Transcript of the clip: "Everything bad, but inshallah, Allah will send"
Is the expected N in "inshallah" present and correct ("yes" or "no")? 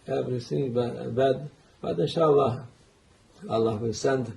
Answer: no